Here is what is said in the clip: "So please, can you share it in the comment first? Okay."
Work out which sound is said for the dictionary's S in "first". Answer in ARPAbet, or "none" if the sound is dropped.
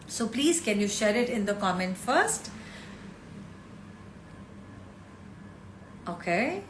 S